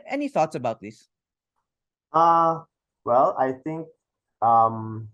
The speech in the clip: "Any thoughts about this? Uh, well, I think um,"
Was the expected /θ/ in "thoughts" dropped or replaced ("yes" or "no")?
no